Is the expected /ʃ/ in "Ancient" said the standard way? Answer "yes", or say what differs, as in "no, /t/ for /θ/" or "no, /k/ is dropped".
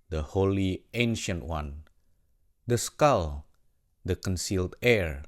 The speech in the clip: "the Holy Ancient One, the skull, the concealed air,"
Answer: yes